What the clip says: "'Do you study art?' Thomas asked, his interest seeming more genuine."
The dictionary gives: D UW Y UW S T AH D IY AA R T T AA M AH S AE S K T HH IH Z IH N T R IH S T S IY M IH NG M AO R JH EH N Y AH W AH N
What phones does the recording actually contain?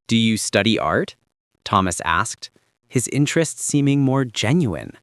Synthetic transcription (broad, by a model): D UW Y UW S T AH D IY AA R T T AA M AH S AE S K T HH IH Z IH N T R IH S T S IY M IH NG M AO R JH EH N Y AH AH N